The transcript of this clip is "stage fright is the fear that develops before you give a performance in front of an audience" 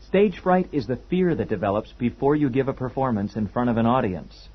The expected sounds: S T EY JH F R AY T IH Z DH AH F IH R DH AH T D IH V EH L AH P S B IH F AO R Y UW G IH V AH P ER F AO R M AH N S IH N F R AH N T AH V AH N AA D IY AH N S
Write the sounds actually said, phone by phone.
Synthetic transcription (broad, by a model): S T EY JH F R AY T IH Z DH AH F IH R DH AH T D IH V EH L AH P S B IH F AO R Y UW G IH V AH P ER F AO R M AH N S IH N F R AH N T AH V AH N AA D IY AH N S